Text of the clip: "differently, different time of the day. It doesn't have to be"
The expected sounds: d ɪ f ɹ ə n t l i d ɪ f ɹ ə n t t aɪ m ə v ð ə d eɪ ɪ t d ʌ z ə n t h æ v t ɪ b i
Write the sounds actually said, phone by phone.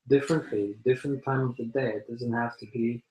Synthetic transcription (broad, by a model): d ɪ f ɹ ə n t l i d ɪ f ɹ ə n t t aɪ m ə v ð ə d eɪ ɪ t d ʌ z ə n t h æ f t ɪ b i